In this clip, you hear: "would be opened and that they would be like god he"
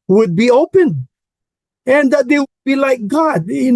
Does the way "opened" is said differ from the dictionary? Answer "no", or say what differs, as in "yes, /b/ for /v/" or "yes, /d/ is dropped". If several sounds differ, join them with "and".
yes, /d/ is dropped